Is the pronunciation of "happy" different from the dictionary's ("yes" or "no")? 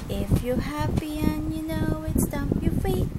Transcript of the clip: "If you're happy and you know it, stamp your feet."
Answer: no